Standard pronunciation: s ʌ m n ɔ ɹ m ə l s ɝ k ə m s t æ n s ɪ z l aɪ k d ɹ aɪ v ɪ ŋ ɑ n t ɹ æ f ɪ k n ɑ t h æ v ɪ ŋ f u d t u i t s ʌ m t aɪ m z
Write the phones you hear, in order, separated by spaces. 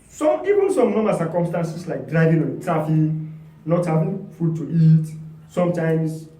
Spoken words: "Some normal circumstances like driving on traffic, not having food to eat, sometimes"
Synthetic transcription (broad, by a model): s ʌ m n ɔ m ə s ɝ k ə m s t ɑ n s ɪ s l aɪ k d ɹ aɪ v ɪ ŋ ɑ n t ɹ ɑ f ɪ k n ɑ t h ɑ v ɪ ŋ f u d t u i t s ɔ m t aɪ m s